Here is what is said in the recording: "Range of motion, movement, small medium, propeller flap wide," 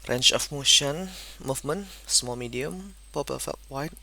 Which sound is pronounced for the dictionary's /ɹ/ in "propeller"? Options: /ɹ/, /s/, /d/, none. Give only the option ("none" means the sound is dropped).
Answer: none